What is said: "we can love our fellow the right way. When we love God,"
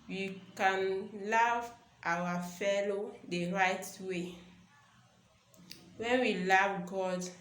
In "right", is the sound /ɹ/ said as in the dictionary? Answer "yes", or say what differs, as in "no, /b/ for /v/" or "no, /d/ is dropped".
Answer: yes